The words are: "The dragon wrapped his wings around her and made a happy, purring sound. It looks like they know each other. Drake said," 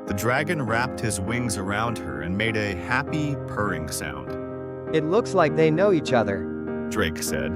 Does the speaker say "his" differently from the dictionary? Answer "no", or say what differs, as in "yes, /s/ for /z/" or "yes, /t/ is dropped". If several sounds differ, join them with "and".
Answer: no